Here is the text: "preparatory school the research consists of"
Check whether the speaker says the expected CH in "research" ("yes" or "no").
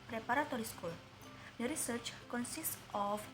yes